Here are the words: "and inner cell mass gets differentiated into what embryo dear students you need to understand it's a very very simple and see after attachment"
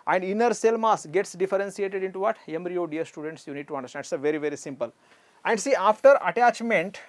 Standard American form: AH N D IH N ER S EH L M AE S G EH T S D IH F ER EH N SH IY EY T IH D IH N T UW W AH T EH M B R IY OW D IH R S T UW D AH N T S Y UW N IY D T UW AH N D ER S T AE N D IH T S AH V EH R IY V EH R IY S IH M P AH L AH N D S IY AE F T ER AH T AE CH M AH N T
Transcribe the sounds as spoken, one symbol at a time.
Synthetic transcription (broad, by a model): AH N D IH N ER S EH L M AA S G EH T S D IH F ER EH N S IY EY T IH D IH N T UW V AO T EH M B R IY OW D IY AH S T UW D AH N T S Y UW N IY D T UW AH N D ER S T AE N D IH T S AH V EH R IY V EH R IY S IH M P AH L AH N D S IY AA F T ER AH T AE CH M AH N T